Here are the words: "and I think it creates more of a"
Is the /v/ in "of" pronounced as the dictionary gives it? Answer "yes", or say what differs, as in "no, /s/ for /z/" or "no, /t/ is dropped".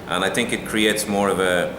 yes